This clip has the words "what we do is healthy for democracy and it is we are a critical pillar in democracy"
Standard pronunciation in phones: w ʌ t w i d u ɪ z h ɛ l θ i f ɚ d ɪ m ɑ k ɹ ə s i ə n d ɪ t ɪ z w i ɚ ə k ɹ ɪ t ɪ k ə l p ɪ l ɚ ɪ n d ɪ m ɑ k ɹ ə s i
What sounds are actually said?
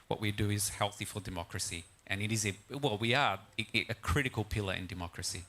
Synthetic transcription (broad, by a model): w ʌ t w i d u ɪ z h ɛ l θ i f ɚ d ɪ m ɑ k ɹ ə s i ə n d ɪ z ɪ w w i ɚ ə k ɹ ɪ t ɪ k ə l p ɪ l ɚ ɪ n d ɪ m ɑ k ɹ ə s i